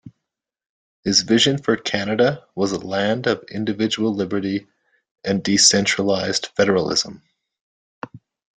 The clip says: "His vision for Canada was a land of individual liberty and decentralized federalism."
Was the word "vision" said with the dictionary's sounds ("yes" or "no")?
yes